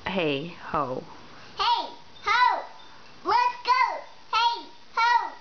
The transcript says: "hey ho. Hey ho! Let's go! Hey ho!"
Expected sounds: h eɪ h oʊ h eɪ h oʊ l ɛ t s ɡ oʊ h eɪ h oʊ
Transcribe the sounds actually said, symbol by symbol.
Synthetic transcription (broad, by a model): h eɪ h oʊ h eɪ h oʊ w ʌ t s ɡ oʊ h eɪ h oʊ